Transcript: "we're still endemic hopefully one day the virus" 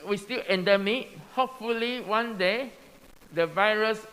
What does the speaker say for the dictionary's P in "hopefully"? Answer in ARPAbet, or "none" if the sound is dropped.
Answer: P